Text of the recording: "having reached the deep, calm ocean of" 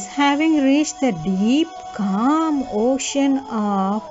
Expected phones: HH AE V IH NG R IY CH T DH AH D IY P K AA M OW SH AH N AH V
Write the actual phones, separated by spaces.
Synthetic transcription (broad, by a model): HH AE V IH NG R IY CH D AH D IY P K AA M OW SH AH N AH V